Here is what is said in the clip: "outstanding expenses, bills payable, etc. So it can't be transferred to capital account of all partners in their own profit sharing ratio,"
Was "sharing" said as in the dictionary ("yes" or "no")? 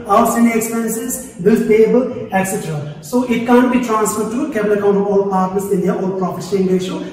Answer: no